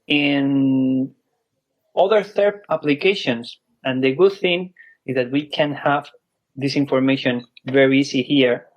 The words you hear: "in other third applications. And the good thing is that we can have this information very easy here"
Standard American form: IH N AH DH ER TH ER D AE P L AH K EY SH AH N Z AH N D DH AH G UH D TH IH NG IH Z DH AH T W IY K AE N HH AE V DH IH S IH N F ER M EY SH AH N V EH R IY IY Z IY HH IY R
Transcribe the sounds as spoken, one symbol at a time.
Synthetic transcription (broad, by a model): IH N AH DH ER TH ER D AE P L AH K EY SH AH N S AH N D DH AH G UH D TH IH NG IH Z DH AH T W IY K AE N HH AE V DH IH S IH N F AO M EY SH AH N V EH R IY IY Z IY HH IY R